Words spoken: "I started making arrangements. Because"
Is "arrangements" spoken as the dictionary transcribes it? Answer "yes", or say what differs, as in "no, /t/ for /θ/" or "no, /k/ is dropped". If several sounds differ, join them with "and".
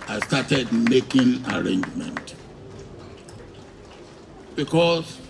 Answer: no, /s/ is dropped